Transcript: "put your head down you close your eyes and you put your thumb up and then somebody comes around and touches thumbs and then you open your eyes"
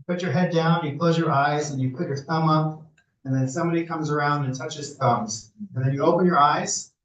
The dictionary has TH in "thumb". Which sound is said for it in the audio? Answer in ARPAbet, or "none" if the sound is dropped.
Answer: TH